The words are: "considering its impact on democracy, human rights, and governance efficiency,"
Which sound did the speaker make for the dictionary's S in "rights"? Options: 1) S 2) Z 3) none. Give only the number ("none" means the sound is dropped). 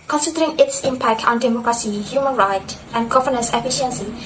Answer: 3